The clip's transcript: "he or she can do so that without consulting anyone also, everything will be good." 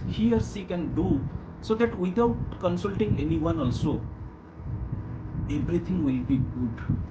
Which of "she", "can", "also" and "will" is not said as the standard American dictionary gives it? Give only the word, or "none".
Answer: she